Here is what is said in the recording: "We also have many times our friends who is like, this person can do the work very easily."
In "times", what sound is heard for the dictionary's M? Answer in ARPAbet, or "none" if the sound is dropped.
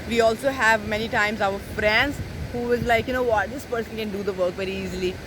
M